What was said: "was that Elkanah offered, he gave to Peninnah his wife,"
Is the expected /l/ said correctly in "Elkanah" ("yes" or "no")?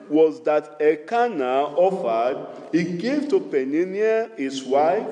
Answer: no